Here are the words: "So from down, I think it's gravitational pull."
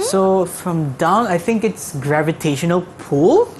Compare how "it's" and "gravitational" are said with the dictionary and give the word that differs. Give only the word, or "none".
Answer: none